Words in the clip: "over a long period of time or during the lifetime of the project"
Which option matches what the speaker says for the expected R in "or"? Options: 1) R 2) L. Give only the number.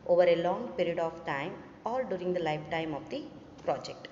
2